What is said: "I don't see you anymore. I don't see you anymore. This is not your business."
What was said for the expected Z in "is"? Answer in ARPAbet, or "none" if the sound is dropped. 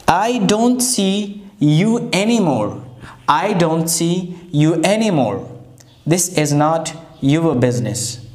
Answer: Z